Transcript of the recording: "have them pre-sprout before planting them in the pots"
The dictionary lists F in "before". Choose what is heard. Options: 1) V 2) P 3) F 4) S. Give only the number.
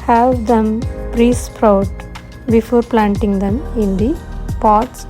3